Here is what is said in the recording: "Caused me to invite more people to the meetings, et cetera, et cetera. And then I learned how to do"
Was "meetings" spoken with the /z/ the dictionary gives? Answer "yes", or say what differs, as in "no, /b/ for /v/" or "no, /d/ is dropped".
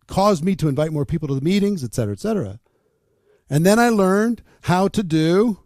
yes